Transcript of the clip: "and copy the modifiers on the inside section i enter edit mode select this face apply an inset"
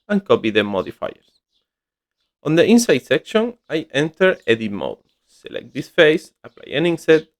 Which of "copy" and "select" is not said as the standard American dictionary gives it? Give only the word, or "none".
none